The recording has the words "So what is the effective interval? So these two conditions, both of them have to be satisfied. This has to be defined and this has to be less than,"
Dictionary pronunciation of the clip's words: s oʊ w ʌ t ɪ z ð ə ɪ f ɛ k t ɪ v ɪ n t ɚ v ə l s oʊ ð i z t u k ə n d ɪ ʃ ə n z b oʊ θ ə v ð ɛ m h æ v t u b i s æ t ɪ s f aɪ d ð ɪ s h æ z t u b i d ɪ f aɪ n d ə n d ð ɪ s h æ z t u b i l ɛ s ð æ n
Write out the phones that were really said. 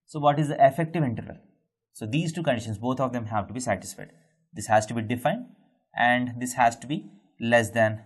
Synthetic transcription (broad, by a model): s oʊ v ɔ t ɪ z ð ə ɪ f ɛ k t ɪ v ɪ n t ɚ v ə l s oʊ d i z t u k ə n d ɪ ʃ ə n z b oʊ t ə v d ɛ m h æ v t u b i s æ t ɪ s f aɪ d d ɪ s h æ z t u b i d ɪ f aɪ n d ə n d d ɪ s h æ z t u b i l ɛ s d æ n